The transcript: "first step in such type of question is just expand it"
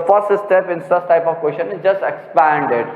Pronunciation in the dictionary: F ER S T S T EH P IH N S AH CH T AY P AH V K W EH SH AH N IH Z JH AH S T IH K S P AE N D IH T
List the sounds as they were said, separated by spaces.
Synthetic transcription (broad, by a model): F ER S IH S T EH P IH N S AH S T AY P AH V K W EH SH AH N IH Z JH AH S T IH K S P AE N D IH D